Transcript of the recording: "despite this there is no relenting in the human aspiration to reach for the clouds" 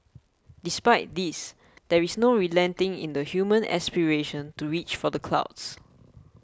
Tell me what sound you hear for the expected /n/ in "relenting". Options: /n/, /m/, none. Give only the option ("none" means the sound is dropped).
/n/